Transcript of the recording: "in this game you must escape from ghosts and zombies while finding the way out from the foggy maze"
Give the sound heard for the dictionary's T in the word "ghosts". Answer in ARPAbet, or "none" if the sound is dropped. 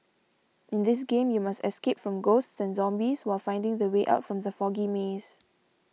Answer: T